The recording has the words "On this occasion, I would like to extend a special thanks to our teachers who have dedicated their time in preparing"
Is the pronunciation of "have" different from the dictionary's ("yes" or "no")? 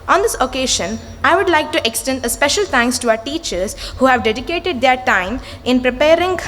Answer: no